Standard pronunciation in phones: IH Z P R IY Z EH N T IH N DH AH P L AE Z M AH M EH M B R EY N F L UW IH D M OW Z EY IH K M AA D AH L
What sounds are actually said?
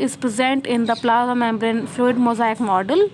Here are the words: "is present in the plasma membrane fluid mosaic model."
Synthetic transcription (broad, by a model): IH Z P R IY Z EH N T IH N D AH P L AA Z AH M EH M B R EY N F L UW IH D M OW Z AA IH K M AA D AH L